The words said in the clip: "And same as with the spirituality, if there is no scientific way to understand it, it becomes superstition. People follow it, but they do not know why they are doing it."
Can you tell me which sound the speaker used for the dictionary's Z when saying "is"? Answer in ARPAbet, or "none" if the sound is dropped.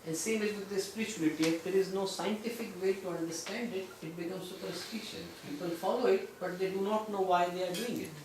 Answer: Z